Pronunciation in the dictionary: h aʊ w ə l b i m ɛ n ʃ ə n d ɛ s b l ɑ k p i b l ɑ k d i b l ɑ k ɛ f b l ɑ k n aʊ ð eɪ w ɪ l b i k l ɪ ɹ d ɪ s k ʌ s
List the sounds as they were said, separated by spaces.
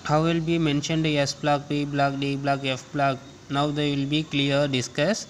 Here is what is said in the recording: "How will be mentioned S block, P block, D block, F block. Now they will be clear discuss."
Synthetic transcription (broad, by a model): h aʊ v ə l b i m ɛ n ʃ ə n d ɛ s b l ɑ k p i b l ɑ k d i b l ɑ k ɛ f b l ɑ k n aʊ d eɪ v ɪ l b i k l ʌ ɹ d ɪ s k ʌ s